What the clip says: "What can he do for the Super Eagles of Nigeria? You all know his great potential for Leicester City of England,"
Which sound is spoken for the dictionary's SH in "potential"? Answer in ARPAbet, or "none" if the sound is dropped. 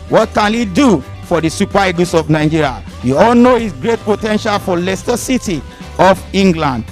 SH